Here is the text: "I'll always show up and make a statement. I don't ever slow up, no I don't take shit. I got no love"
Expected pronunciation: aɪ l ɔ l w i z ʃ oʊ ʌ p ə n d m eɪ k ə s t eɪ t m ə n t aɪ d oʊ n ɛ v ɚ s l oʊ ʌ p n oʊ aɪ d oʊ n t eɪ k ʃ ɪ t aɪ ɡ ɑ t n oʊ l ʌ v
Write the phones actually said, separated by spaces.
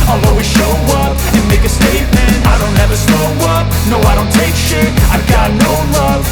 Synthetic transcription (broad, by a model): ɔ l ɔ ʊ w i ʃ oʊ ʌ p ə n m eɪ k ə s t eɪ t m ə n t aɪ d oʊ n ɛ v ɚ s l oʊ ʌ p n oʊ aɪ d oʊ n t eɪ k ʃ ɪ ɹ aɪ ɡ ɑ t n oʊ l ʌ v